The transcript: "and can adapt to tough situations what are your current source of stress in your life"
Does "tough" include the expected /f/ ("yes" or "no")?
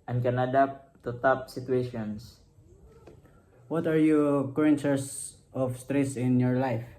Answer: no